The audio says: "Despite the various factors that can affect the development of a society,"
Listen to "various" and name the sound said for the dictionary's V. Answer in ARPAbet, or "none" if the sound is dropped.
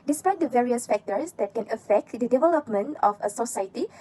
V